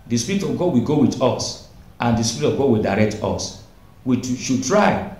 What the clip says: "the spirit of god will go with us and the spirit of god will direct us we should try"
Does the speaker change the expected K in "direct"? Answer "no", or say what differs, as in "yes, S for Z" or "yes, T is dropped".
no